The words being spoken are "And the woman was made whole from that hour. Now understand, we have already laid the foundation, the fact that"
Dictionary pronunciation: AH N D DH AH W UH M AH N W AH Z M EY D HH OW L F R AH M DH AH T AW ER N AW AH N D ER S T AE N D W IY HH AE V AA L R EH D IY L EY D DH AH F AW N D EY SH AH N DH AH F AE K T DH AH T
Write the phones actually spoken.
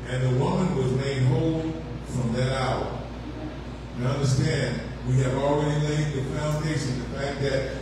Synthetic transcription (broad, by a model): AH N DH AH W UH M AH N W AH Z M EY D HH OW L F R AH M DH AH T AW ER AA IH AH N D ER S T AE N D W IY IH V L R EH D IY L EY D DH AH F AW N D EY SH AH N DH AH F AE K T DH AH T